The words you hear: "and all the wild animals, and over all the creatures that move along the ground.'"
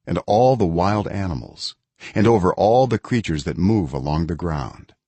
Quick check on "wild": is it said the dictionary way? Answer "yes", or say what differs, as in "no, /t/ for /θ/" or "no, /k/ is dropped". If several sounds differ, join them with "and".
yes